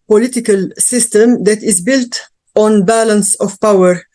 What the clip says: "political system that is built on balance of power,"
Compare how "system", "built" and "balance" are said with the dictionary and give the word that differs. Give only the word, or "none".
none